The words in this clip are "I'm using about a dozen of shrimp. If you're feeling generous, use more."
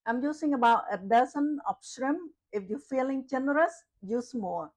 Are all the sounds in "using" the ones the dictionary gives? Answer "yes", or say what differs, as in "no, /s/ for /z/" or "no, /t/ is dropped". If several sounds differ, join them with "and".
no, /s/ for /z/